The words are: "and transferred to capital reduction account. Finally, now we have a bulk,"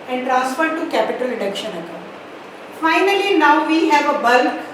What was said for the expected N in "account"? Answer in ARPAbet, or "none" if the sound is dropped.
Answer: none